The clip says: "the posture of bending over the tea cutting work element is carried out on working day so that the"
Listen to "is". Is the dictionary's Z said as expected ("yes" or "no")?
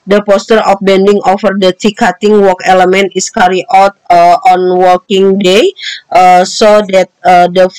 no